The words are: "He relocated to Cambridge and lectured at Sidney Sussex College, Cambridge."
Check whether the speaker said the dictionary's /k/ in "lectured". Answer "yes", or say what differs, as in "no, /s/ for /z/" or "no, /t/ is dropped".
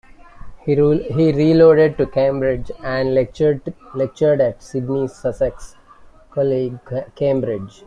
yes